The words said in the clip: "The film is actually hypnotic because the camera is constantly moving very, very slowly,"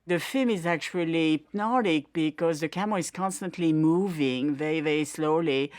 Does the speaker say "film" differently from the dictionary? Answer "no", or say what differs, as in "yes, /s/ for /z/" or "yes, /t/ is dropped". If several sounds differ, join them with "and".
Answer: no